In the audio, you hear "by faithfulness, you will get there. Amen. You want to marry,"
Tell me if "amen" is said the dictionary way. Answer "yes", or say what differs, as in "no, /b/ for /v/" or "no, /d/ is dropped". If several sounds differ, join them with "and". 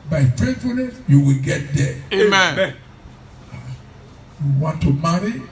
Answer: no, /m/ is dropped